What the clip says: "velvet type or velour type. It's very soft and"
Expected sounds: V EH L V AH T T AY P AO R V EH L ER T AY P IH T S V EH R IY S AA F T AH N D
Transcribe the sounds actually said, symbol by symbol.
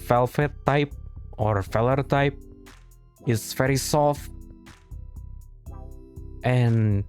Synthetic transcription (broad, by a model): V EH L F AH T T AY P AO R F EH L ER T AY P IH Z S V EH R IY S AA F T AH N